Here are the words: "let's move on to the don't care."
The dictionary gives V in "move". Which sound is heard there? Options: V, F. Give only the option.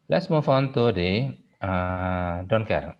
F